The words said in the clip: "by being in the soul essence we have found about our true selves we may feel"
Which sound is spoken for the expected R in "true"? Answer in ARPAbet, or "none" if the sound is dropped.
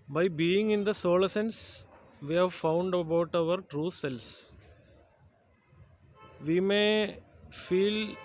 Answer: R